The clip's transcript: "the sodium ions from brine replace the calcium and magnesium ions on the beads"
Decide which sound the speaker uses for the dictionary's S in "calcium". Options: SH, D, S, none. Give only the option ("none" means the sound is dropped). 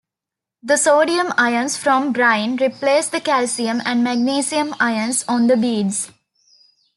S